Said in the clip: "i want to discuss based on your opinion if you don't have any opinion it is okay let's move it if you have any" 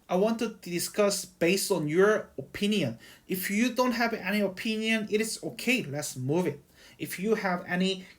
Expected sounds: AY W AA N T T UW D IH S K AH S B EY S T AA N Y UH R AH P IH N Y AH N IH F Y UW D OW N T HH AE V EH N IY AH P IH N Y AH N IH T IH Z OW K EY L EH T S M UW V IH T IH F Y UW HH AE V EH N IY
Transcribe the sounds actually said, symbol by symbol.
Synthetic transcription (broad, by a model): AY W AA N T T UW D IH S K AH S B EY S T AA N Y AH R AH P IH N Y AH N IH F Y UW D OW N T HH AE V EH N IY AH P IH N Y AH N IH T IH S OW K EY L EH T S M UW V IH T IH F Y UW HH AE V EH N IY